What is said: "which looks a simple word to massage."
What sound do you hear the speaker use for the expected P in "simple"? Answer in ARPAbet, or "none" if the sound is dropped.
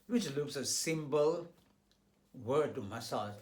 B